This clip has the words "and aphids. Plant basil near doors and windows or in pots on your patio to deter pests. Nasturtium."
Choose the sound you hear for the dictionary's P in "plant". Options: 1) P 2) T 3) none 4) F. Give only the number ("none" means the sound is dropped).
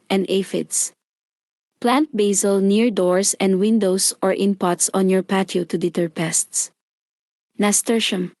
1